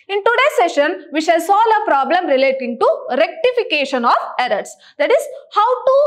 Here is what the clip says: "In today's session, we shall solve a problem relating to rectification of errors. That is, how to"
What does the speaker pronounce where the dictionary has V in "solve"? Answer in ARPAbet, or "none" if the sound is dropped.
none